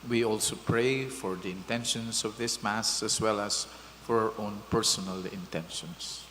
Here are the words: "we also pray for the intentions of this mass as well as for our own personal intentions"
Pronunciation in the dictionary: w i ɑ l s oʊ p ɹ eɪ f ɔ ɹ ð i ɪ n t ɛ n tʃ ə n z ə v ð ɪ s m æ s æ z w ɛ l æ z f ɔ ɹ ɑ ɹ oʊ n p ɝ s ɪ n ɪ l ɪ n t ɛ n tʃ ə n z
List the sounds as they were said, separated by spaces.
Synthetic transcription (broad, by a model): w i ɑ l s oʊ p ɹ eɪ f ɔ ɹ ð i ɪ n t ɛ n ʃ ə n s ə v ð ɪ s m æ s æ s w ɛ l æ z f ɔ ɹ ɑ ɹ oʊ n p ɝ s ɪ n ɪ l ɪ n t ɛ n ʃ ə n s